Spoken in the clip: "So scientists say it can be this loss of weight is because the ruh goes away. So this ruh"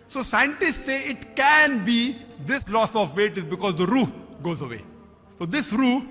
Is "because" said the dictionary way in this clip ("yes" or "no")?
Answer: yes